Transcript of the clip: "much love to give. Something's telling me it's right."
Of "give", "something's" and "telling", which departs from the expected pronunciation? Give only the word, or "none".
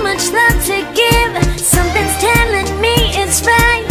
none